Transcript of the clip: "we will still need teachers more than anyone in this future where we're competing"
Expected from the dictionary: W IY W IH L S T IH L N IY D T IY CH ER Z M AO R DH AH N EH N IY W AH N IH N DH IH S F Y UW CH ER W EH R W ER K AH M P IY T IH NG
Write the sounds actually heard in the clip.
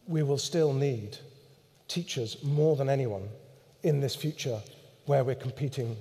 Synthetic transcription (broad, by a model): W IY W IH L S T IH L N IY D T IY CH ER Z M AO R DH AH N EH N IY W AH N IH N DH IH S F Y UW CH ER W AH R W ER K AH M P IY T IH NG